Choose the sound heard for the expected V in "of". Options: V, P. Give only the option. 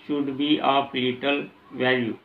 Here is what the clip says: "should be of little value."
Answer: P